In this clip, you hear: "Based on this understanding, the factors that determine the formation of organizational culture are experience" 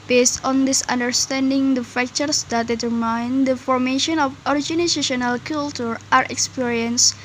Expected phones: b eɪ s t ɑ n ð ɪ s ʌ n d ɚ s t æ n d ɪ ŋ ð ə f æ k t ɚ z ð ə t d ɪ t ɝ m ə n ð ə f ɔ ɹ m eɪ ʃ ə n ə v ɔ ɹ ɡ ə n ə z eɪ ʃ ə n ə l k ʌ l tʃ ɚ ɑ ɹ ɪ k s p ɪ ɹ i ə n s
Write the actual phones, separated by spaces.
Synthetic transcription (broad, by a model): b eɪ s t ɑ n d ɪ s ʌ n d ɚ s t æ n d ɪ ŋ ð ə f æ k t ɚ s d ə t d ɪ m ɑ ə n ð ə f ɔ ɹ m eɪ ʃ ə n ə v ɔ ɹ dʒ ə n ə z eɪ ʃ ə n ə l k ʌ l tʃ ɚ ɑ ɹ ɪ k s p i ɹ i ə n s